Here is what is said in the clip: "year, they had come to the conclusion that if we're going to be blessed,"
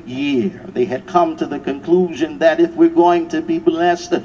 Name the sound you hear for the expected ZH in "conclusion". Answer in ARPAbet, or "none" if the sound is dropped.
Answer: ZH